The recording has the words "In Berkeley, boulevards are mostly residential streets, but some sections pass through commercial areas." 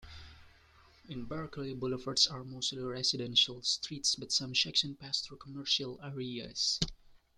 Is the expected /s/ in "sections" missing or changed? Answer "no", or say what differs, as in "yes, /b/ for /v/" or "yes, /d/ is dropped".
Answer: yes, /ʃ/ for /s/